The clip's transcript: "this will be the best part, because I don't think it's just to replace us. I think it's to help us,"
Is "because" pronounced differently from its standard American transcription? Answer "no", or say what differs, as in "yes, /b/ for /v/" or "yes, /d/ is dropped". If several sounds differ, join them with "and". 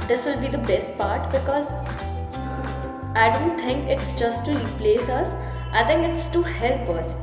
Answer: no